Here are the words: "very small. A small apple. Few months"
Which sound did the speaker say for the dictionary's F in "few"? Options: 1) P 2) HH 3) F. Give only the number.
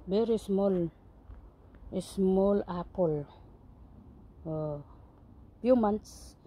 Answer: 1